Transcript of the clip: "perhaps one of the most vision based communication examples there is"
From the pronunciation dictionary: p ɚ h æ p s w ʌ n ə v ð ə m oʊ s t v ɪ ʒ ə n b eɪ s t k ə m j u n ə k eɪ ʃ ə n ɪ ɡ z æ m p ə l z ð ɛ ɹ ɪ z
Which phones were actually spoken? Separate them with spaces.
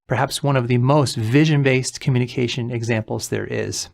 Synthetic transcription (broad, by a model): p ɚ h æ p s w ʌ n ə v ð ə m oʊ s t v ɪ ʒ ə n b eɪ s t k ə m j u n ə k eɪ ʃ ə n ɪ ɡ z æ m p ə l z ð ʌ ɹ ɪ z